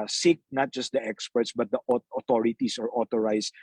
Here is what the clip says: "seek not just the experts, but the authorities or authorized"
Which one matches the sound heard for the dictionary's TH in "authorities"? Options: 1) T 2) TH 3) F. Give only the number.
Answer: 1